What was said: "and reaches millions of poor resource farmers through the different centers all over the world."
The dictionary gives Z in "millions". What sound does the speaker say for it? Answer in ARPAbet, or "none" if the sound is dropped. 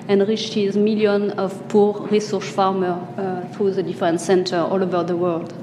none